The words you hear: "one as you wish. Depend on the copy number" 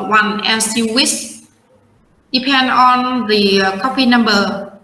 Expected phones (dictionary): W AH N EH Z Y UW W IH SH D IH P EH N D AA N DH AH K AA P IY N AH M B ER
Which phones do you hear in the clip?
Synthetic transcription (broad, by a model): W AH N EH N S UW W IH S D IH P EH N D AA N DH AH K AA P IY N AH M B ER